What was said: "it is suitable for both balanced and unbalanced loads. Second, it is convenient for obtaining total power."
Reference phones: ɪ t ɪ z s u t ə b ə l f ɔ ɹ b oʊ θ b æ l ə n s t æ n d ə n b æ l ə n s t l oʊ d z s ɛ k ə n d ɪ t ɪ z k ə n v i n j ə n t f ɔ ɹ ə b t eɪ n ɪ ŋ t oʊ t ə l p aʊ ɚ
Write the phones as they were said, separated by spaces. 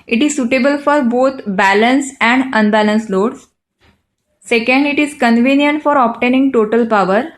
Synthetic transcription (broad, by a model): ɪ t ɪ z s u t ə b ə l f ɔ ɹ b oʊ t b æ l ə n s æ n d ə n b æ l ə n s l oʊ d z s ɛ k ə n d ɪ t ɪ z k ə n v i n j ə n t f ɔ ɹ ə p t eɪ n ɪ ŋ t oʊ t ə l p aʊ ɚ